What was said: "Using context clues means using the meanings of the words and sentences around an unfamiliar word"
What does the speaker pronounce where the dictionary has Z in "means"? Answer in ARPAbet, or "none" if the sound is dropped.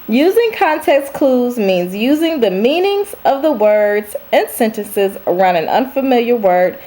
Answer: Z